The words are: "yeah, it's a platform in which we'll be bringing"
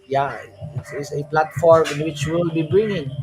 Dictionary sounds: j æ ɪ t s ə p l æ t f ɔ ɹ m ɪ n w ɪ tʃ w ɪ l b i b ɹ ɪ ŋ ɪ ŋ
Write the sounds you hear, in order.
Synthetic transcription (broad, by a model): j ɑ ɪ s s ə p l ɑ t f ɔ ɹ m ɪ n w ɪ tʃ w ɪ l b i b ɹ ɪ ŋ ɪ ŋ